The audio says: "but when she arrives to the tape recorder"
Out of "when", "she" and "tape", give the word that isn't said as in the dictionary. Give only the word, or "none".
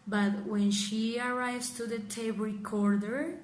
tape